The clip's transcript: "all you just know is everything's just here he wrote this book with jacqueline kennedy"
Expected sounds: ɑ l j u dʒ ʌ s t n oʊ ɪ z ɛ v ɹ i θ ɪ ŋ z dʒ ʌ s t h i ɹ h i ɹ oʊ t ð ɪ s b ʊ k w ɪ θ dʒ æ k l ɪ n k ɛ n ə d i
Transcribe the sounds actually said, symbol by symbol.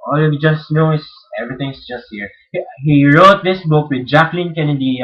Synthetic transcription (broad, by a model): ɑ l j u dʒ ʌ s t n oʊ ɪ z ɛ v ɹ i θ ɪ ŋ s dʒ ʌ s t h i ɹ h i ɹ oʊ t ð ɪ s b ʊ k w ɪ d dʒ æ k l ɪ n k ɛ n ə d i